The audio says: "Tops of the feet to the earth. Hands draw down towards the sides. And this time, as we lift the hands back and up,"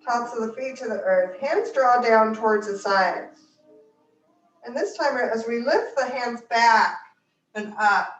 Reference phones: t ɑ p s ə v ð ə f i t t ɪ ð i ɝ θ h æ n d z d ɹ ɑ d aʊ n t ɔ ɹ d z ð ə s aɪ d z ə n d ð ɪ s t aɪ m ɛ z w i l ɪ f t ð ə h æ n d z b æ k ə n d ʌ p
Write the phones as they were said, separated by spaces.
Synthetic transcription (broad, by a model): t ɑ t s ə v ð ə f i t t ɪ ð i ɝ θ h æ n d z d ɹ ɑ d aʊ n t ɔ ɹ d z ð ə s aɪ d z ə n ð ɪ s t aɪ m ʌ z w i l ɪ f t ð ə h æ n d z b æ k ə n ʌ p